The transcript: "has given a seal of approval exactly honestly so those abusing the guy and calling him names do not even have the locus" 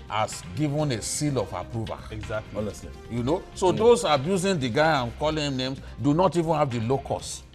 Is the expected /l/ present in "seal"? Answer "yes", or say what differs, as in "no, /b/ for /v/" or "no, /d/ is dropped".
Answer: yes